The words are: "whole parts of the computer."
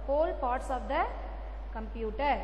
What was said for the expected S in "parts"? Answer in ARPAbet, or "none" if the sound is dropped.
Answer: S